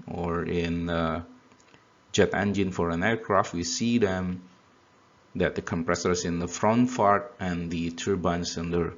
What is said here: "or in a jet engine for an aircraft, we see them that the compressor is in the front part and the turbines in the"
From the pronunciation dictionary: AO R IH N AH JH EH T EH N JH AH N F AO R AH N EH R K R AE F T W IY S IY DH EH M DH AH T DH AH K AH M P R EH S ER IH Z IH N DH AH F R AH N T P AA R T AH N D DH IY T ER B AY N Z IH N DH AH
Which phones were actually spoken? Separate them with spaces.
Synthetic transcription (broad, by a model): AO R IH N AH JH EH T EH N JH AH N F AO R AH N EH R K R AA F T W IY S IY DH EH M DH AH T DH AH K AH M P R EH S ER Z IH N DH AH F R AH N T F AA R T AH N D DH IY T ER B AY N S IH N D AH